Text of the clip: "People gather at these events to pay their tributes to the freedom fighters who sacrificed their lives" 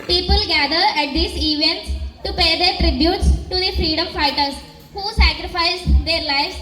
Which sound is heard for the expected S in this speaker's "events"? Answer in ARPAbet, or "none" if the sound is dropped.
none